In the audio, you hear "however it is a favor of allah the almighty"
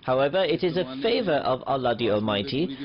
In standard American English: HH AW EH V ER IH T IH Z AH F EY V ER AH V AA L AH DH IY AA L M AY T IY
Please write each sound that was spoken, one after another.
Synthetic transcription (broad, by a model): HH AW EH V ER IH T IH Z AH F EY V ER AH V AA L AH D IY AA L M AY T IY